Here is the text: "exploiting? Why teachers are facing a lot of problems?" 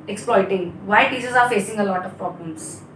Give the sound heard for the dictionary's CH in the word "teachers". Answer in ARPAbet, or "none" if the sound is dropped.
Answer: S